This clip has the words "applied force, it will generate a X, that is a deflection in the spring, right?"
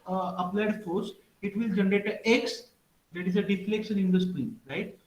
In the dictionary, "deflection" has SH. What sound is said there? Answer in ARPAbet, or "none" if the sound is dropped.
S